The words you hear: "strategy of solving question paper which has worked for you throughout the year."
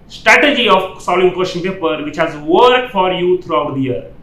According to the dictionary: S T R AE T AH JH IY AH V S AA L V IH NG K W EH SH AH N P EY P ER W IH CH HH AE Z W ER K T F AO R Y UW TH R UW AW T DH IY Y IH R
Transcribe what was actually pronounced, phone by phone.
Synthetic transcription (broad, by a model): S T R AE T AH JH IY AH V S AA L IH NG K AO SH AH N P EY P ER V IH CH HH AE Z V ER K F AO R Y UW T R UW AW T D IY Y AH R